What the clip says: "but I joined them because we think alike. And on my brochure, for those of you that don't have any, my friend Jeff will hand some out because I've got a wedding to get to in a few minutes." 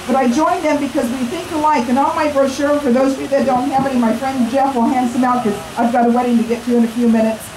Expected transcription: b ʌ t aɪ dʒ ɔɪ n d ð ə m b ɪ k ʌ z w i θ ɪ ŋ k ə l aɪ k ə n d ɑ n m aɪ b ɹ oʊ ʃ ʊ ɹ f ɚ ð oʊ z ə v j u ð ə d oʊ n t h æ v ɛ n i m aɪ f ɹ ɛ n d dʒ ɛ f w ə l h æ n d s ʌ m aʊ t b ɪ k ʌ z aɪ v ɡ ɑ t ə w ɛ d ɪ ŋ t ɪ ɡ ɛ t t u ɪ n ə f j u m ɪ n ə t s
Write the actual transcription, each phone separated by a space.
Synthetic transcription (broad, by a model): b ʌ t aɪ dʒ ɔɪ n ð ə m b ɪ k ʌ z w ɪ θ ɪ ŋ k ə l aɪ k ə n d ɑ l m aɪ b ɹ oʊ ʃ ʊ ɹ f ɚ ð oʊ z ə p ð ə d oʊ n t h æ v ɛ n i m aɪ f ɹ ɛ n d dʒ ɛ f w ə l h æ n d s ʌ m aʊ t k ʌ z aɪ v ɡ ɑ t ə w ɛ d ɪ ŋ t ɪ ɡ ɛ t t u ɪ n ə f j u m ɪ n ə t s